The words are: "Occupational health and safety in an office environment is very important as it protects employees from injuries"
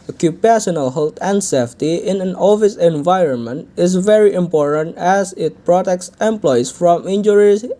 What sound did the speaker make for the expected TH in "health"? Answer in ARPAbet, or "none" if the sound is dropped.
T